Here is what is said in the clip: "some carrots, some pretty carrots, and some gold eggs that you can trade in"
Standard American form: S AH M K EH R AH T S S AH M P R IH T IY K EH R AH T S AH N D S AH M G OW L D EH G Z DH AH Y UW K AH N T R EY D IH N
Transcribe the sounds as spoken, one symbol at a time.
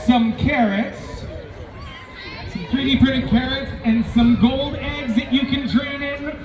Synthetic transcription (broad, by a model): S AH M K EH R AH T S S AH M P R IH T IY K EH R AH T S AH N S AH M G OW L D EH G Z DH AH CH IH K AH N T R EY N IH N